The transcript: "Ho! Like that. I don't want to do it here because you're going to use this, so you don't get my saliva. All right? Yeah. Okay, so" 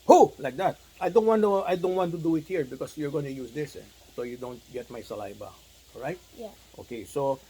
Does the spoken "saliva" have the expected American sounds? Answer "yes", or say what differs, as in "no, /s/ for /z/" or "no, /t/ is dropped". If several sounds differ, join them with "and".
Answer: no, /b/ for /v/